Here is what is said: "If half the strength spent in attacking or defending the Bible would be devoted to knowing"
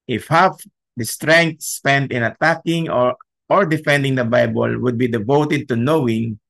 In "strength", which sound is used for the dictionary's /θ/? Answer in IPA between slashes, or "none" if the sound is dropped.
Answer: /t/